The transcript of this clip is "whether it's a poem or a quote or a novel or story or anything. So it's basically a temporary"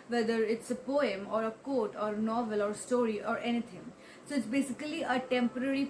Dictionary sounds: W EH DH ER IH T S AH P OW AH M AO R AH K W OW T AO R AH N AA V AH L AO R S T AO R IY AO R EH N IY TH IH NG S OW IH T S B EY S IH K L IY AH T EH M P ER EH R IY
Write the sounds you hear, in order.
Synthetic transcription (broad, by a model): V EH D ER IH T S AH P OW AH M AO R AH K OW T AO R N AA V AH L AO R S T AO R IY AO R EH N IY T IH NG S OW IH T S B EY S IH K L IY AH T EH M P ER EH R IY